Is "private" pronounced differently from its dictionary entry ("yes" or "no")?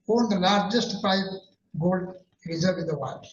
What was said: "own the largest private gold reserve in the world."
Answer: yes